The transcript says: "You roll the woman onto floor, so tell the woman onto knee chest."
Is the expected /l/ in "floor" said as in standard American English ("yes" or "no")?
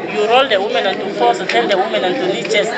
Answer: no